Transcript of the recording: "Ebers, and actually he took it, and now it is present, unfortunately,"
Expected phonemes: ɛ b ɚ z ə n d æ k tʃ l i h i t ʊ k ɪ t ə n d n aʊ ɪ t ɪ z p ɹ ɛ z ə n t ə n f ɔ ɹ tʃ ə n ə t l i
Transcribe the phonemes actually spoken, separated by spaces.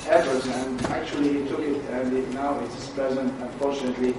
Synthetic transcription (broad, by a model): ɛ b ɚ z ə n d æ k tʃ i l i t ʊ k ɪ t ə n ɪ n aʊ ɪ t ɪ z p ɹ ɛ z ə n t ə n f ɔ ɹ tʃ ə n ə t l i